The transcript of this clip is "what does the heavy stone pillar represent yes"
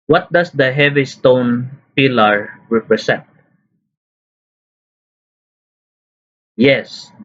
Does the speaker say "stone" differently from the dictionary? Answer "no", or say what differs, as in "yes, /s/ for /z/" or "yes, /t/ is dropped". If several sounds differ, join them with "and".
no